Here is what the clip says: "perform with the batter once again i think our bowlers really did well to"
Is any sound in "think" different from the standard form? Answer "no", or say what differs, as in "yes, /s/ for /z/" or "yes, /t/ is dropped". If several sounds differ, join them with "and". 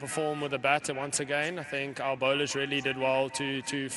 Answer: no